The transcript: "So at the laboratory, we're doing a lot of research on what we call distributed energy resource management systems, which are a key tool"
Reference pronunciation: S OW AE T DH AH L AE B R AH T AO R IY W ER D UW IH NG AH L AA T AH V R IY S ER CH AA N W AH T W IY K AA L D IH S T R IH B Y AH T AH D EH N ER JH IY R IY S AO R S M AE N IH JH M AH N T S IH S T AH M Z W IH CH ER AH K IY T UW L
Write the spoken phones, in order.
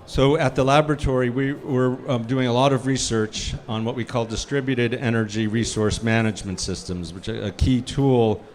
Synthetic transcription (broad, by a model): S OW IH T DH AH L AE B R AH T AO R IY W ER D UW IH NG AH L AA T AH V R IY S ER CH N W AH T W IY K AA L D IH S T R IH B Y AH T AH D EH N ER JH IY R IY S AO R S M AE N IH JH M AH N T S IH S T AH M Z W IH CH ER AH K IY T UW L